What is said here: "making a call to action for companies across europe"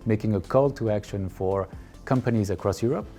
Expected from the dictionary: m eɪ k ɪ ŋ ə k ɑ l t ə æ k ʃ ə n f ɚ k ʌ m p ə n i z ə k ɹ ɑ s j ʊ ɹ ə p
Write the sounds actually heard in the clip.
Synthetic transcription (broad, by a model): m eɪ k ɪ ŋ ə k ɑ l t ə æ k ʃ ə n f ɚ k ʌ m p ə n i z ə k ɹ ɑ s j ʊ ɹ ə p